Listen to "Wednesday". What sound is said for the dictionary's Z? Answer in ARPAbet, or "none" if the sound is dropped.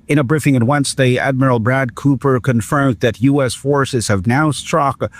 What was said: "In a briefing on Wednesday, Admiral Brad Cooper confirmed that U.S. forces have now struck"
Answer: S